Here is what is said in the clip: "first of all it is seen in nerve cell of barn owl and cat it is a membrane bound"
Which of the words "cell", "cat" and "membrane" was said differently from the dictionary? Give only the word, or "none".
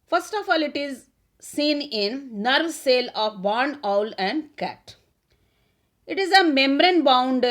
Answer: none